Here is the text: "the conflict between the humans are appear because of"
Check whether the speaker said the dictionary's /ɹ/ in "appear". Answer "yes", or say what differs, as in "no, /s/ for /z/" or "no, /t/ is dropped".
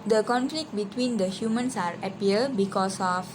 no, /l/ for /ɹ/